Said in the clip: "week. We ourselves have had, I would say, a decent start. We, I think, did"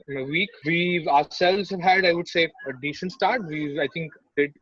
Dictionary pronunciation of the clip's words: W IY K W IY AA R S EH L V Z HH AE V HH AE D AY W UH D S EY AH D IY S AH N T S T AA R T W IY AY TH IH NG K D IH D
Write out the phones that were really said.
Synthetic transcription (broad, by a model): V IY K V IY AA S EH L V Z HH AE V HH AE D AY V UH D S EY AH D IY SH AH N S T AA R T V IY AY T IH NG K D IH D